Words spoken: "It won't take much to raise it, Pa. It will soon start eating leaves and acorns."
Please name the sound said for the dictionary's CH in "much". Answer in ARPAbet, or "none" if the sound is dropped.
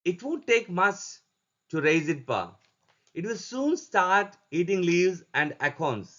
S